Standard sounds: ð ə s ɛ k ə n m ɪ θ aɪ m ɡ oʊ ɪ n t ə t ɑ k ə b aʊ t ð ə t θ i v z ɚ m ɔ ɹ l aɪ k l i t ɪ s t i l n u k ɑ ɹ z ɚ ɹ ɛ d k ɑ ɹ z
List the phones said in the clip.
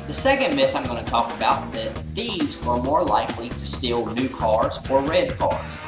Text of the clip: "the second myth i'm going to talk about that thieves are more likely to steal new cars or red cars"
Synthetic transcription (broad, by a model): ð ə s ɛ k ə n m ɪ θ aɪ m ɡ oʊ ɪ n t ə t ɑ k ə b aʊ t ð ə t θ i v z ɚ m ɔ ɹ l aɪ k l i t ɪ s t i l n u k ɑ ɹ z ɚ ɹ ɛ d k ɑ ɹ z